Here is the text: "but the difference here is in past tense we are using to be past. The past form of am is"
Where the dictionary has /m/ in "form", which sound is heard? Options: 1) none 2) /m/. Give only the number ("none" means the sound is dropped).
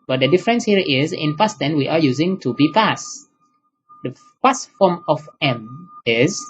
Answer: 2